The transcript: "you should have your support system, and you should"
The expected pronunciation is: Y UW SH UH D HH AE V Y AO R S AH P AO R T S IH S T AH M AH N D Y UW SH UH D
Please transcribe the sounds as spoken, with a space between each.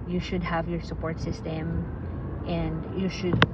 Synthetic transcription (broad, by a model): Y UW SH UH D HH AE V Y AO R S AH P AO R T S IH S T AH M AH N D Y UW SH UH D